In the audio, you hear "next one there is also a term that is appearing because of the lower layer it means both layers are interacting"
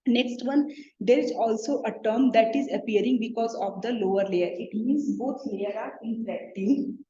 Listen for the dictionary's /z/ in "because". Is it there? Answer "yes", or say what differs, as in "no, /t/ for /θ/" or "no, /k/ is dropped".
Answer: yes